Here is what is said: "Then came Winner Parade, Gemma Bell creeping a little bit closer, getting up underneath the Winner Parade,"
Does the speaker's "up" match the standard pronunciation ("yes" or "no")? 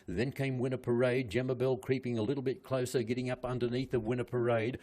yes